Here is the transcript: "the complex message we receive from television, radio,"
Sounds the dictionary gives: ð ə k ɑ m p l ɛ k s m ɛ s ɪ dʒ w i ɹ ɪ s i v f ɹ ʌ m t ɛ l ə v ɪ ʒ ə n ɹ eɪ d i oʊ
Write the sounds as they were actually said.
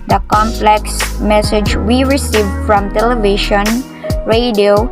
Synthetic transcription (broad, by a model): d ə k ɑ m p l ɛ k s m ɛ s ɪ dʒ w i ɹ ɪ s i v f ɹ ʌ m t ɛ l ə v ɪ ʃ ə n ɹ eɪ d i oʊ